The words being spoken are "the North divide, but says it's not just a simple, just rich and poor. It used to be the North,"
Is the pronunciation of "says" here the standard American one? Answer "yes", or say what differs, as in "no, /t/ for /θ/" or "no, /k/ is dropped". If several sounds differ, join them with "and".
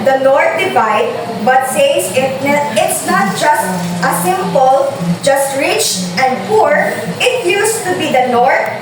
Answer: no, /s/ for /z/